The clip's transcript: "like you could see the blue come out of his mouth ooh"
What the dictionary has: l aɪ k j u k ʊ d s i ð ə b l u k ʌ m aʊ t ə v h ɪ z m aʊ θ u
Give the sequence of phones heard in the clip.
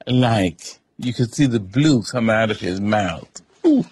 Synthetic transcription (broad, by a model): l aɪ k j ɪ k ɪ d s i ð ə b l u k ʌ m aʊ t ə v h ɪ z m aʊ θ